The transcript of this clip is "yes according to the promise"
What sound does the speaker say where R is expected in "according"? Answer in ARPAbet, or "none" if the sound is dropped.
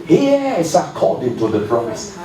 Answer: L